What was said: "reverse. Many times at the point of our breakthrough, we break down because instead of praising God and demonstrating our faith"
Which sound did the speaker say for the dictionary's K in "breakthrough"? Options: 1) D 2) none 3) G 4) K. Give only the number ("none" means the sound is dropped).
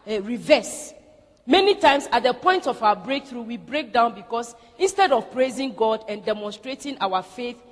4